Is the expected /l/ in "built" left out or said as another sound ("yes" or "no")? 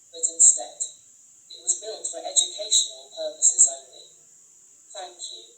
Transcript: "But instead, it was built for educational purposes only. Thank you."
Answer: no